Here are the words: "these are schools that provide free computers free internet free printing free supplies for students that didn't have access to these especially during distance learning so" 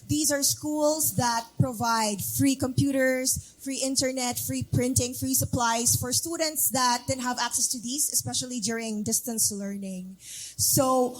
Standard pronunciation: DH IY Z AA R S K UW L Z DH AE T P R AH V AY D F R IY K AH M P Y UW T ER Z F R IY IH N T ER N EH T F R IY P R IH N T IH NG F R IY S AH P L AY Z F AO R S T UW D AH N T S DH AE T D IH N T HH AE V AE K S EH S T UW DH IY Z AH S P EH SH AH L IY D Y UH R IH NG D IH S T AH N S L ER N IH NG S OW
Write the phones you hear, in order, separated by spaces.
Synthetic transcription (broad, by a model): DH IY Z AA R S K UW L S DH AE T P R AH V AY D F R IY K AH M P Y UW T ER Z F R IY IH N T ER N EH T F R IY P R IH N T IH NG F R IY S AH P L AY S F AO R S T UW D AH N T S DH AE T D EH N HH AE V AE K S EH S T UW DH IY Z AH S P EH SH AH L IY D Y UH R IH NG D IH S T AH N S L ER N IH NG S OW